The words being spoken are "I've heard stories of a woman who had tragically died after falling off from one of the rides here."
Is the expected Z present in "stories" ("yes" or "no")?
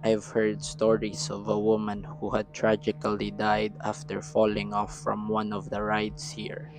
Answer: no